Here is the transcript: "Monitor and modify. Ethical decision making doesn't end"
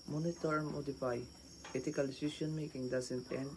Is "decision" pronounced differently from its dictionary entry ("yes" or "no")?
yes